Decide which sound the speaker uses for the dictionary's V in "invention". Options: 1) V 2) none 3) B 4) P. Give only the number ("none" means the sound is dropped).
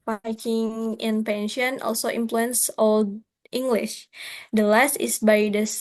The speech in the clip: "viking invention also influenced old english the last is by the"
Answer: 4